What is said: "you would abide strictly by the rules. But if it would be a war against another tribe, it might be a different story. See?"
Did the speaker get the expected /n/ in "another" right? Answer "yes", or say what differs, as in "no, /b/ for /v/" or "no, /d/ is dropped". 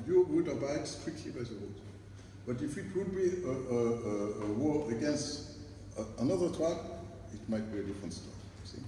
yes